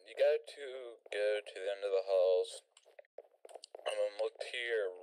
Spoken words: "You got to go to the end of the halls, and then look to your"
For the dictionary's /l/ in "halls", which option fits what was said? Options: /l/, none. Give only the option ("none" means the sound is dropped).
/l/